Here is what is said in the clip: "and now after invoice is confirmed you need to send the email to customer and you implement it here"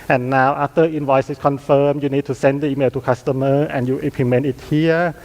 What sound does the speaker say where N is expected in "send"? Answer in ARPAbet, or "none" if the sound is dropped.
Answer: N